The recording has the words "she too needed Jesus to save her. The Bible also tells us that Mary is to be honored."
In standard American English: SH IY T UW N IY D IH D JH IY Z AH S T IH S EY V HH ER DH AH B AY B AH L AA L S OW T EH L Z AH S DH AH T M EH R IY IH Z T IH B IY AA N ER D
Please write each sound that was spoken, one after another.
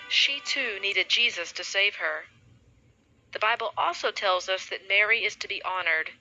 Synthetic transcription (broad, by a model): SH IY T UW N IY D IH D JH IY Z AH S T IH S EY V ER DH AH B AY B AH L AA L S OW T EH L Z AH S DH AH T M EH R IY IH Z T IH B IY AA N ER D